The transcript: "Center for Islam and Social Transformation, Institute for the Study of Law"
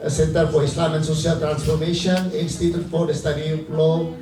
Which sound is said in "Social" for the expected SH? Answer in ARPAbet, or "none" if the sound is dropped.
S